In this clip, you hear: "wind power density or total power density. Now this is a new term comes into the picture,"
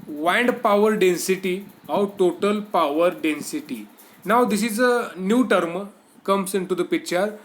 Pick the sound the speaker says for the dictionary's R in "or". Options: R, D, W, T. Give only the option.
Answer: W